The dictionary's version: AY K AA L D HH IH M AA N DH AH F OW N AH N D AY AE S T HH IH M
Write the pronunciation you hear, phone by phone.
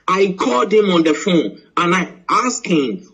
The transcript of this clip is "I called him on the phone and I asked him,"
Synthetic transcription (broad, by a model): AY K AA L D HH IH M AA N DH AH F OW N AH N AY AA S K HH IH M